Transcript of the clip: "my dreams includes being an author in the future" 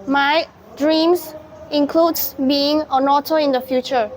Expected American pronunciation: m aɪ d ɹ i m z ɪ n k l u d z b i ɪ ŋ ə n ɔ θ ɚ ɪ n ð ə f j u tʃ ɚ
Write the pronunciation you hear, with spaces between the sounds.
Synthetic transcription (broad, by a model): m aɪ d ɹ i m s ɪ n k l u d s b i ɪ ŋ ə n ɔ t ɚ ɪ n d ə f j u tʃ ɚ